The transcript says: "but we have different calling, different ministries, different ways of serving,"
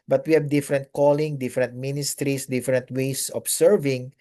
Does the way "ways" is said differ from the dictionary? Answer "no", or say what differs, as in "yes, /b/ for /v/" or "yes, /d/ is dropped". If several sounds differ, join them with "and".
yes, /s/ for /z/